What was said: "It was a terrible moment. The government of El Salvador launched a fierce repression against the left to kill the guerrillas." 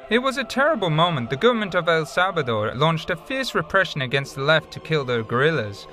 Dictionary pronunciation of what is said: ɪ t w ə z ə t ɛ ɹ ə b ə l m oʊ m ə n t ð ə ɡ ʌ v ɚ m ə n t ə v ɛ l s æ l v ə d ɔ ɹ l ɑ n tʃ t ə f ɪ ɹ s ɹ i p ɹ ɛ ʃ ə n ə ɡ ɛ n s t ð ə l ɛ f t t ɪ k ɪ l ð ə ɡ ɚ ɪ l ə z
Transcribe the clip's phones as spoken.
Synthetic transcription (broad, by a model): ɪ t w ə z ə t ɛ ɹ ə b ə l m oʊ m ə n ð ə ɡ ʌ v ɚ m ə n t ə v ɛ l s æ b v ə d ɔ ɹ l ɑ n tʃ t ə f ɪ ɹ s ɹ i p ɹ ɛ ʃ ə n ə ɡ ɛ n s t ð ə l ɛ f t t ɪ k ɪ l ð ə ɡ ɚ ɪ l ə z